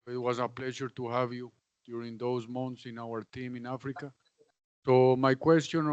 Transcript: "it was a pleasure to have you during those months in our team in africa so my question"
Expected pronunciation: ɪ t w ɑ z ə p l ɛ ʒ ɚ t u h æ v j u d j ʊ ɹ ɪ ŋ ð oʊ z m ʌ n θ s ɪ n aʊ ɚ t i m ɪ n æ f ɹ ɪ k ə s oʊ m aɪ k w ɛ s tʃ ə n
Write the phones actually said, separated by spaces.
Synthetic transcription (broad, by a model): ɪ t w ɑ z ə p l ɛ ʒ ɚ t u h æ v j u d j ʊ ɹ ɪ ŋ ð oʊ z m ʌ n t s ɪ n aʊ ɚ t i m ɪ n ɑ f ɹ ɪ k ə s oʊ m aɪ k w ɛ s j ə n